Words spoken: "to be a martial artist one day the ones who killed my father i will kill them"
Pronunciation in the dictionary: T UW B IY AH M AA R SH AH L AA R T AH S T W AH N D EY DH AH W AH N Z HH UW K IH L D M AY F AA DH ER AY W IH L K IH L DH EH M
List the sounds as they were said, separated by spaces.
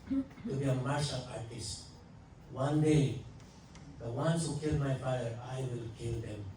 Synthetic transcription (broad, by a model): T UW B IY AH M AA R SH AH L AA R T AH S T W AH N D EY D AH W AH N S HH UW K IH L D M AY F AA ER AY W IH L K IH L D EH M